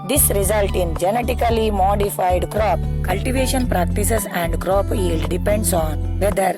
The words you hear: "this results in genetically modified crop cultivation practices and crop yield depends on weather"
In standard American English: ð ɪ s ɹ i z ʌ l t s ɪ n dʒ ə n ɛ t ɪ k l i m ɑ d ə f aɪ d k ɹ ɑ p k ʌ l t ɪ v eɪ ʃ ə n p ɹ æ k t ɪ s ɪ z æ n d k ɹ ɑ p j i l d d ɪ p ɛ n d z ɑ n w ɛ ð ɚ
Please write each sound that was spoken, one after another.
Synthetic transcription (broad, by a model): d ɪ s ɹ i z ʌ l t ɪ n dʒ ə n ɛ t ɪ k l i m ɑ d ə f aɪ d k ɹ ɑ p k ʌ l t ɪ v eɪ ʃ ə n p ɹ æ k t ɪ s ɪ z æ n d k ɹ ɑ p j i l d d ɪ p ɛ n d s ɑ n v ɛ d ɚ